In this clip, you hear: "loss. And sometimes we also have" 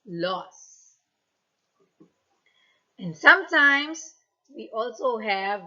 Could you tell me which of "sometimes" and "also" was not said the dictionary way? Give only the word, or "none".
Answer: sometimes